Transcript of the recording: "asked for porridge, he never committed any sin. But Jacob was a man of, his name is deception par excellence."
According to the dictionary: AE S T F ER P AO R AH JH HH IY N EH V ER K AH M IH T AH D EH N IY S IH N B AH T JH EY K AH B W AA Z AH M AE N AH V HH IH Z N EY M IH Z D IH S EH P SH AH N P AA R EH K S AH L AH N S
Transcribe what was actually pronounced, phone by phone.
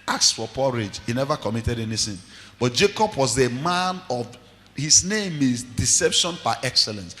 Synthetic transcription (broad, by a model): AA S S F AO P AO R AH JH HH IY N EH V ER K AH M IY T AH D EH N IY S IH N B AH T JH EY K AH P W AA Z AH M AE N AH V HH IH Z N EY M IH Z D IH S EH P SH AH N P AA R EH K S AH L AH N S